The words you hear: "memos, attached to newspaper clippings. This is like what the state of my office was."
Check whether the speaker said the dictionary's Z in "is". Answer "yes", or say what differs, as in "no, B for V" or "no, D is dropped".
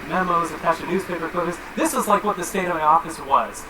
yes